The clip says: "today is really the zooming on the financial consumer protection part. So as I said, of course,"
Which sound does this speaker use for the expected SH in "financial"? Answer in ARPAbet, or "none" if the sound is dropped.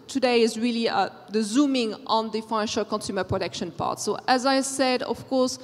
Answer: SH